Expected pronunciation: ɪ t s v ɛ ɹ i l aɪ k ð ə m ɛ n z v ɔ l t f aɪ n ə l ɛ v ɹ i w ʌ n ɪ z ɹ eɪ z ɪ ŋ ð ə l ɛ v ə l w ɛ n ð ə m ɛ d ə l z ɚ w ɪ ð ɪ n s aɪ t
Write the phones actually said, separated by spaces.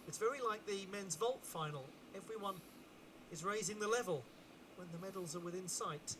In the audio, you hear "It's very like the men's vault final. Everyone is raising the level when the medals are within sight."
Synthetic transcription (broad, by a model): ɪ t s v ɛ ɹ i l aɪ k ð ə m ɛ n z v ɔ l t f aɪ n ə l ɛ v ɹ i w ʌ n ɪ z ɹ eɪ z ɪ ŋ ð ə l ɛ v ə l w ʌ n ð ə m ɛ d l z ɚ w ɪ ð ɪ n s aɪ t